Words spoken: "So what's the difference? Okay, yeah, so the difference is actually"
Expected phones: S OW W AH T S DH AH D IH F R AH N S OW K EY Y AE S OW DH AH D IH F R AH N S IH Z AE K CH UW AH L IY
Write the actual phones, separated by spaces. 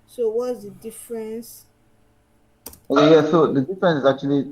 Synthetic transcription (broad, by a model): S OW W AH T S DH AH D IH F R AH N S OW AO Y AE S OW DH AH D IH F R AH N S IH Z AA K CH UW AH L IY